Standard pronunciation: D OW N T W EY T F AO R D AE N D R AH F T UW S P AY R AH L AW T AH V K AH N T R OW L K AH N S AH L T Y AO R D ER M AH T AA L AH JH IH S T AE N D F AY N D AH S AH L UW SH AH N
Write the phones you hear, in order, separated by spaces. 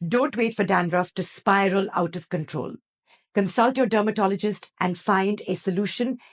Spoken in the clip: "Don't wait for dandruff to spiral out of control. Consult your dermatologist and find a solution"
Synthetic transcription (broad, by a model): D OW N T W EY T F AO R D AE N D R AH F T UW S P AY R AH L AW T AH V K AH N T R OW L K AH N S AH L T Y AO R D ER M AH T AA L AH JH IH S T AE N D F AY N D AH S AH L UW SH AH N